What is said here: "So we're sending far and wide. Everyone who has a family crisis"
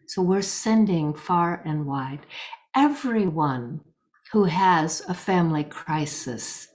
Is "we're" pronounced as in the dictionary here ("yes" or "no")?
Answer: yes